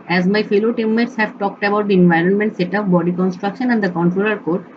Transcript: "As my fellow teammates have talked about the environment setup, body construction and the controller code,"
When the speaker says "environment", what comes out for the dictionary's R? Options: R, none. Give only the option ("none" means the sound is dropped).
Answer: R